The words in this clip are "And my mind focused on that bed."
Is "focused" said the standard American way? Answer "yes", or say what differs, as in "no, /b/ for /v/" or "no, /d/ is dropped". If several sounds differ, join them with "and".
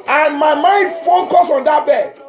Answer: no, /t/ is dropped